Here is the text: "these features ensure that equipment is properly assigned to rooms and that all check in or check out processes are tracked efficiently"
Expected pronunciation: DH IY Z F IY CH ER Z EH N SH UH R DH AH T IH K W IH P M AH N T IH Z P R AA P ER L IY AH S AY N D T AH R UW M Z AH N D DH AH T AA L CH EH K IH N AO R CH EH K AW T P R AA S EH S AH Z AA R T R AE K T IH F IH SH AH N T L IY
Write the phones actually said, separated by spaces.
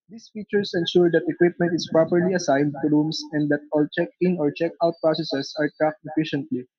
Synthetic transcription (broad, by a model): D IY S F IY CH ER S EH N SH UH R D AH T IH K W IH P M AH N T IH S P R AA P ER L IY AH S AY N D T AH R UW M S AH N D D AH T AA L CH EH K IH N AO R CH EH K AW T P R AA S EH S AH S AA R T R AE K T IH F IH SH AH N T L IY